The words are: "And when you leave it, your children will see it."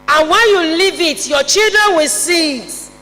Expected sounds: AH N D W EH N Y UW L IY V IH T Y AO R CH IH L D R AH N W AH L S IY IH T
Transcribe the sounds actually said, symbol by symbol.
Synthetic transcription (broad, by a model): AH N W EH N Y UW L IY V IH T Y AO CH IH L D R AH N W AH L S IY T